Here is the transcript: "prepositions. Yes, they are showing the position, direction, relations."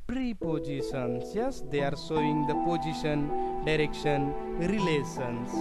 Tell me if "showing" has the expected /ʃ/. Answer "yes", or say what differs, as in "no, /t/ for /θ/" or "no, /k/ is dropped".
no, /s/ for /ʃ/